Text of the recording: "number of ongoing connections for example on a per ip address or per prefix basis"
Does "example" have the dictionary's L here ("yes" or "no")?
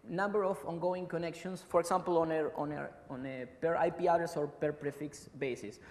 no